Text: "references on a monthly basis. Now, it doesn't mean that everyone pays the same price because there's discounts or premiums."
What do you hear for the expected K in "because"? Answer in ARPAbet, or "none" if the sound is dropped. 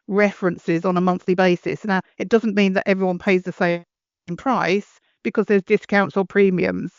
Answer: K